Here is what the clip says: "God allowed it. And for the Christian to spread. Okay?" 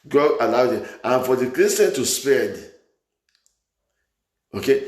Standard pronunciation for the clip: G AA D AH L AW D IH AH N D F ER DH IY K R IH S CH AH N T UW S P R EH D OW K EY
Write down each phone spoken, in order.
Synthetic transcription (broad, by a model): G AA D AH L AW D IH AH N F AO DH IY K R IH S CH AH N T UW S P EH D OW K EY